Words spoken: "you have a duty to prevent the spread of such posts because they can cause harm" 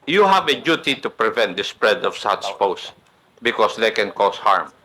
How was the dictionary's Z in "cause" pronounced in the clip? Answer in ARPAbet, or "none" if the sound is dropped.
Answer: S